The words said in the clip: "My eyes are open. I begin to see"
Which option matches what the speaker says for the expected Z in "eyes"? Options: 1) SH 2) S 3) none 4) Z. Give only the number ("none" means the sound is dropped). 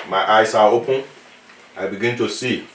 2